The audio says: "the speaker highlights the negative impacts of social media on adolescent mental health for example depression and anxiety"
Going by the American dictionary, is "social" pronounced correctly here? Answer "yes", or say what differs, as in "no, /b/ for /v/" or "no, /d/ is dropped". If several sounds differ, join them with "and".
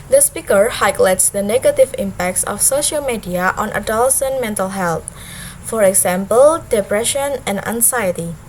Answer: yes